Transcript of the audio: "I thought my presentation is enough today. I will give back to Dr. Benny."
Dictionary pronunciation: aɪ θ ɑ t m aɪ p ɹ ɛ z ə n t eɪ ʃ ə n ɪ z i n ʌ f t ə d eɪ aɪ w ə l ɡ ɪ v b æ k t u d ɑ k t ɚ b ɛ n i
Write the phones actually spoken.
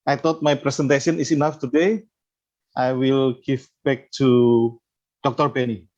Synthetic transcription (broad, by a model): aɪ t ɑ t m aɪ p ɹ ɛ s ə n t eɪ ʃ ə n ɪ s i n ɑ f t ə d eɪ aɪ w ə l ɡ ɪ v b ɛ k t u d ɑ k t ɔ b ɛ n i